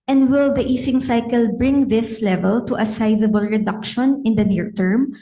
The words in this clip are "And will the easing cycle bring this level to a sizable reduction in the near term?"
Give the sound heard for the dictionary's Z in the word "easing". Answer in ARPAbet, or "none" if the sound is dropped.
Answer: S